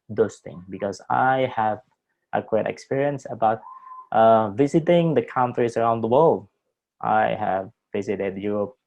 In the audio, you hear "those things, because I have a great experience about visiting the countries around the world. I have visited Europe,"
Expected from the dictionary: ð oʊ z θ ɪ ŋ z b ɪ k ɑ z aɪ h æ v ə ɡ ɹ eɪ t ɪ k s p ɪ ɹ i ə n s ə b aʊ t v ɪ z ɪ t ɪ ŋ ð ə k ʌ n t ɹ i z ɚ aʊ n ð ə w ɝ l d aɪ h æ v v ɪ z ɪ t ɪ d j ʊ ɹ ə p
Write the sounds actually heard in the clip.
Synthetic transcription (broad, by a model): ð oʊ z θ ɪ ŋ b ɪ k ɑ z aɪ h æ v ə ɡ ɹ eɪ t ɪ k s p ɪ ɹ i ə n s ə b aʊ t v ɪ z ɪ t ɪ ŋ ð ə k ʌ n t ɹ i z ɚ aʊ n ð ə w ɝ l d aɪ h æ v v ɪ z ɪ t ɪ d j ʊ ɹ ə p